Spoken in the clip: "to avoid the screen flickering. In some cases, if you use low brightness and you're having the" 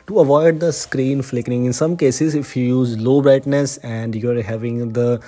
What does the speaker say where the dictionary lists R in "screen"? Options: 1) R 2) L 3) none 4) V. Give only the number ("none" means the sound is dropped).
1